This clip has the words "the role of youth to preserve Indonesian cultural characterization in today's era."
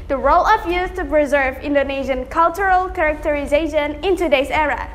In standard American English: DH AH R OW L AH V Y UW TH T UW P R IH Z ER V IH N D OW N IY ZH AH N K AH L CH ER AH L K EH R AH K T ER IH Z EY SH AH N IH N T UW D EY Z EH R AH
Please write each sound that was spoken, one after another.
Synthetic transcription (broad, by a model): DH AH R OW L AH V Y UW S T UW P R IH Z ER V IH N D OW N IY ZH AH N K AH L CH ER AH L K EH R AH K T ER IH Z EY SH AH N IH N T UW D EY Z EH R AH